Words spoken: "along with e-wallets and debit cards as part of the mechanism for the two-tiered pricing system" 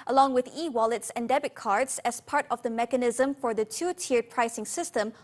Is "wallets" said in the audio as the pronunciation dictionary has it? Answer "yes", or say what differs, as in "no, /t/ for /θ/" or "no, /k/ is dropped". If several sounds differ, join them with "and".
yes